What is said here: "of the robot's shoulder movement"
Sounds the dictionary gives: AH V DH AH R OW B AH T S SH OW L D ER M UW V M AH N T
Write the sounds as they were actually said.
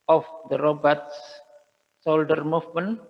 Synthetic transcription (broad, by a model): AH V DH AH R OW B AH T S S OW L D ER M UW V M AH N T